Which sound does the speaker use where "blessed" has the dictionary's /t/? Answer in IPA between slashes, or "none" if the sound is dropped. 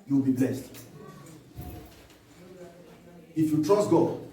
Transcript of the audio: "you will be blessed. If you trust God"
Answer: /t/